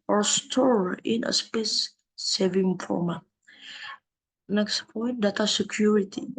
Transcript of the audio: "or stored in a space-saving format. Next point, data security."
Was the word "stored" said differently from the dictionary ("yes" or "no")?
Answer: yes